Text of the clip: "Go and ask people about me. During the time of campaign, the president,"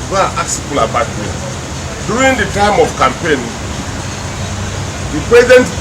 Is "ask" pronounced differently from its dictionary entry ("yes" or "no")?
yes